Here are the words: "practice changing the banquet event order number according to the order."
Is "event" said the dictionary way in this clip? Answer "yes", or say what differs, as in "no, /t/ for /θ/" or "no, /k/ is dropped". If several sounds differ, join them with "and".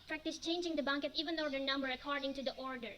no, /t/ is dropped